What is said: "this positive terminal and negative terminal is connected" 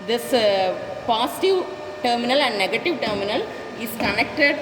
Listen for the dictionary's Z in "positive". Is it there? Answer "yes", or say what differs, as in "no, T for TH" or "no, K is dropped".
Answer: no, S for Z